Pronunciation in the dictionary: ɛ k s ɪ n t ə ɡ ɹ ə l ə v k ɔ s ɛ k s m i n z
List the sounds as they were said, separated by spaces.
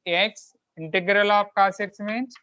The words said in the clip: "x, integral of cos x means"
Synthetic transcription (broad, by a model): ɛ k s ɪ n t ə ɡ ɹ ə l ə p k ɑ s ɛ k s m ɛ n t